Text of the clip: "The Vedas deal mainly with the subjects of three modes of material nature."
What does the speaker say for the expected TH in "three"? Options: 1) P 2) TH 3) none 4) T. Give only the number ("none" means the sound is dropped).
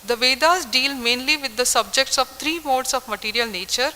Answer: 4